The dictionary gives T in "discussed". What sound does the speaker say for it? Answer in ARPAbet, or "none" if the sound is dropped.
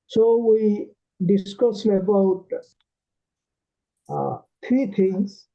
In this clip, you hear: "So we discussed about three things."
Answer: none